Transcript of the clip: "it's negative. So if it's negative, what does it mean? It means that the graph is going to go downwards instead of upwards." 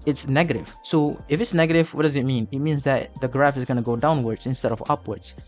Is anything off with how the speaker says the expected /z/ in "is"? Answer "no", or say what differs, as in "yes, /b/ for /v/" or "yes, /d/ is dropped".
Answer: no